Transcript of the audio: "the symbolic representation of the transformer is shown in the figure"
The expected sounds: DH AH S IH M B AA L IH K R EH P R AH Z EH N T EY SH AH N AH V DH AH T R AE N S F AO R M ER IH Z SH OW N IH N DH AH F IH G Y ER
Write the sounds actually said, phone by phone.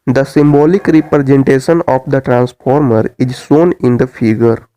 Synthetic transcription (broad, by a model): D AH S IH M B AA L IH K R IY P R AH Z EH N T EY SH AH N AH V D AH T R AE N S F AO R M ER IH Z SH OW N IH N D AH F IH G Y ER